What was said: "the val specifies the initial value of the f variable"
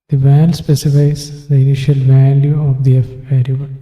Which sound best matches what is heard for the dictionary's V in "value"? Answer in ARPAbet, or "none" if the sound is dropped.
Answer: V